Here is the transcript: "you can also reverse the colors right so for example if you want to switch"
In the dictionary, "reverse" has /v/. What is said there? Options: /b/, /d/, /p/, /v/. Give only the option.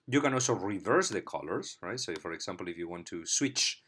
/v/